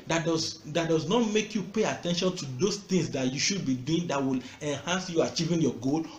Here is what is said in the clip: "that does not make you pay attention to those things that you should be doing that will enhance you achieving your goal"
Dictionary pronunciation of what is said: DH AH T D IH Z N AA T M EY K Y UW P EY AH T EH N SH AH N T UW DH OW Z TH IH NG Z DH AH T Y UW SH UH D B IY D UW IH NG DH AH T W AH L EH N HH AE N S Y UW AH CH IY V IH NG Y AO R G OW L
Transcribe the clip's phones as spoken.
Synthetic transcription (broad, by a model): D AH T D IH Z N AA T M EY K Y UW P EY AH T EH N SH AH N T UW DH OW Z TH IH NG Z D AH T Y UW SH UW D B IY D UW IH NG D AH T W AH L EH N HH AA N S Y UW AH CH IY V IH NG Y AO G OW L